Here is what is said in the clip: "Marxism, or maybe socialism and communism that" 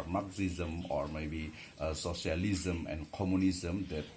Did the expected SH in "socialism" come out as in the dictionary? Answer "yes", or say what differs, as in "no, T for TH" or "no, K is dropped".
no, S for SH